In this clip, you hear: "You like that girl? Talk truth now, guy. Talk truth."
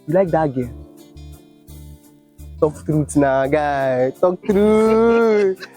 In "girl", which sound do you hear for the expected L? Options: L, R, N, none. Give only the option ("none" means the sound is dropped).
N